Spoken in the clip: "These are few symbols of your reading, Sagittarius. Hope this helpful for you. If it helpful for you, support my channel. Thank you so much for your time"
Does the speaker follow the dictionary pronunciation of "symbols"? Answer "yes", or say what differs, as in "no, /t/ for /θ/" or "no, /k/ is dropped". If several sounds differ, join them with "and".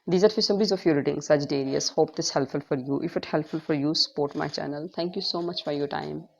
no, /l/ is dropped